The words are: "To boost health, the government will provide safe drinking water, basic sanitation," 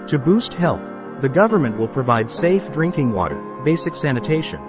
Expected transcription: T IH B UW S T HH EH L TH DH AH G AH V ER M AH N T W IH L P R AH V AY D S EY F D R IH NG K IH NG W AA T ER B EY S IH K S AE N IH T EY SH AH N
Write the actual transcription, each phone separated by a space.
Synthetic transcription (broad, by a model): T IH B UW S T HH EH L TH DH AH G AH V ER M AH N T W IH L P R AH V AY D S EY F D R IH NG K IH NG W AA T ER B EY S IH K S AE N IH T EY SH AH N